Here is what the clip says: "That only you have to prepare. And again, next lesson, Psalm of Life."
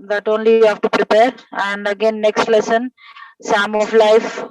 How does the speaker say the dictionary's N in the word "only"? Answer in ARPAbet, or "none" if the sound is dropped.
N